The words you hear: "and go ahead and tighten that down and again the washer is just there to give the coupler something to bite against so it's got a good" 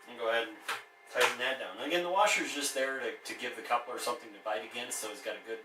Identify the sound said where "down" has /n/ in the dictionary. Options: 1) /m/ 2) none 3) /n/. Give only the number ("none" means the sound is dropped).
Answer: 2